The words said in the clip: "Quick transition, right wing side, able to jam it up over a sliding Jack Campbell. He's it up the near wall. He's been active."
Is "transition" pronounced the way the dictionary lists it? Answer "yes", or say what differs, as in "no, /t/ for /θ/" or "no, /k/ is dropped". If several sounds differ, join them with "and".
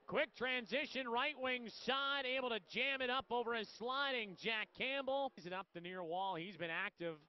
yes